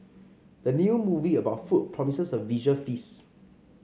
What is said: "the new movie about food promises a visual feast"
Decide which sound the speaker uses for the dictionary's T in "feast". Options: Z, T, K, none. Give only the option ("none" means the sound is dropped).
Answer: none